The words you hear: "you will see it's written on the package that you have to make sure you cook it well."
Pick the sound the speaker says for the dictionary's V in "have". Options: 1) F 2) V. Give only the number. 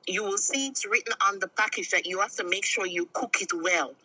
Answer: 1